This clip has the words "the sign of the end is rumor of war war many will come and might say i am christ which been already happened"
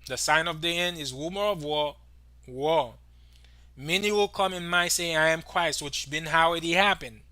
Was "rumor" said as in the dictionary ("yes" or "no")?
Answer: no